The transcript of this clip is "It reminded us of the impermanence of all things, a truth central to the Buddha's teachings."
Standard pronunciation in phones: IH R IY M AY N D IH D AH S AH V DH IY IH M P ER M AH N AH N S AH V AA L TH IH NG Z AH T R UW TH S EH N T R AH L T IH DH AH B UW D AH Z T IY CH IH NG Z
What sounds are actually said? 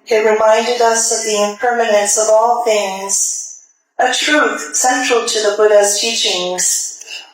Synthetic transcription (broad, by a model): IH R IY M AY N D IH D AH S AH V DH IY IH M P ER M AH N AH N S AH V AA L TH IH NG Z AH T R UW TH S EH N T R L T IH DH AH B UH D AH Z T IY CH IH NG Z